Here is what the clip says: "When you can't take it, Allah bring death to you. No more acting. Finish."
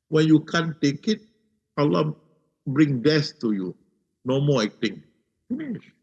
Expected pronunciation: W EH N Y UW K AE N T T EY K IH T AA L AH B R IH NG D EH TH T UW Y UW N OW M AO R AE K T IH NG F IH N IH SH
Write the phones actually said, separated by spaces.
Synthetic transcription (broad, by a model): W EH N Y UW K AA N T T EY K IH T AA L AH B R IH NG D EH S T UW Y UW N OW M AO L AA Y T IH NG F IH N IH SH